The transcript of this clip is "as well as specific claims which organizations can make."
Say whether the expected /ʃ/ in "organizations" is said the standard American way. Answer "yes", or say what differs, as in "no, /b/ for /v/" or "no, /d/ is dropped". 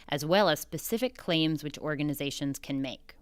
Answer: yes